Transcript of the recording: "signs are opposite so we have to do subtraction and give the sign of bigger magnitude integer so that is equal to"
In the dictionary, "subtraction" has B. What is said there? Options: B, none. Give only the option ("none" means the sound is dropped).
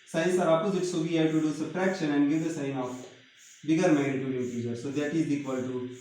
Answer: none